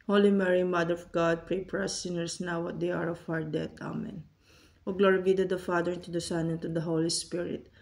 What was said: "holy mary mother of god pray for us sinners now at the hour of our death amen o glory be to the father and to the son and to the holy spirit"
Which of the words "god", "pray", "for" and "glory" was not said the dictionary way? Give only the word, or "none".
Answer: for